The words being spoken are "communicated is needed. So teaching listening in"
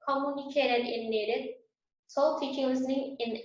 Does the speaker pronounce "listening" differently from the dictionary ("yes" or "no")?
no